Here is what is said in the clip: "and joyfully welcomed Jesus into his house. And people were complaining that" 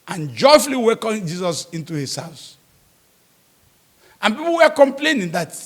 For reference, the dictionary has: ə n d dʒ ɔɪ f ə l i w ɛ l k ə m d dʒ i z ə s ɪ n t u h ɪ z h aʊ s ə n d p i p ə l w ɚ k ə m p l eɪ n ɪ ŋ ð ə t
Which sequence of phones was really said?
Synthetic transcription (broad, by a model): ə n dʒ ɔɪ f ə l i w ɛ k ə dʒ i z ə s ɪ n t u h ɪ s h aʊ s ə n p i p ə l w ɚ k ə m p l eɪ n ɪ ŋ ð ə t